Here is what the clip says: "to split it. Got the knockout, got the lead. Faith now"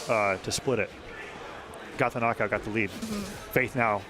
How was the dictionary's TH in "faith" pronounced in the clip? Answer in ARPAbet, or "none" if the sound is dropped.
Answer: TH